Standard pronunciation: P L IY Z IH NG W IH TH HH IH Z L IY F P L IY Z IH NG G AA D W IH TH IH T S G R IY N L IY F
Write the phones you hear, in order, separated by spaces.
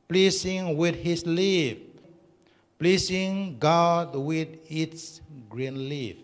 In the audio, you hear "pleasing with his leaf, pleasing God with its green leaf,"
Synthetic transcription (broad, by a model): P L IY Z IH NG W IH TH HH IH S L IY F P L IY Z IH NG G AA D W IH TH IH T S G R IY N L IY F